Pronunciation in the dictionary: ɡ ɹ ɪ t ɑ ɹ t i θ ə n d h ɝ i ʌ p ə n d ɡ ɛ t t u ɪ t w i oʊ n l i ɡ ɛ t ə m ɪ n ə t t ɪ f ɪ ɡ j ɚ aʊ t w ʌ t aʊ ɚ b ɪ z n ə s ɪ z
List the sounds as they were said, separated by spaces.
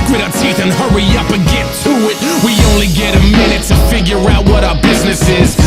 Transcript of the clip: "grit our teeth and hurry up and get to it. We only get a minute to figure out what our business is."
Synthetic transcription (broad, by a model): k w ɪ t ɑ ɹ t i θ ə n h ɝ i ʌ p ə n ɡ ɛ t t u ɪ t w i oʊ n l i ɡ ɛ t ə m ɪ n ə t t ɪ f ɪ ɡ j ɚ aʊ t w ʌ t aʊ ɚ b ɪ z n ə s ɪ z